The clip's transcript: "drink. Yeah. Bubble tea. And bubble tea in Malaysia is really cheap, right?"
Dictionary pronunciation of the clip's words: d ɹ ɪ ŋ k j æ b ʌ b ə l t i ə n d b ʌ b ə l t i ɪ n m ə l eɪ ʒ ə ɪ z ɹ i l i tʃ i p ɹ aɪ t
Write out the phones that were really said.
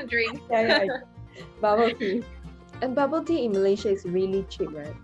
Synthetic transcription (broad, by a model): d ɹ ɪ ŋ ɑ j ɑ b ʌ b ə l t i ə n b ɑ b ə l t i ɪ n m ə l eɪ ʃ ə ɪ s ɹ i l i tʃ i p ɹ aɪ t